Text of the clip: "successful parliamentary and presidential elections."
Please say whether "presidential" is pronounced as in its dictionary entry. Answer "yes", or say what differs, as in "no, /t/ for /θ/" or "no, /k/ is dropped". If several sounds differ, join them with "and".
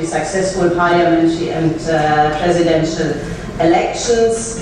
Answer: yes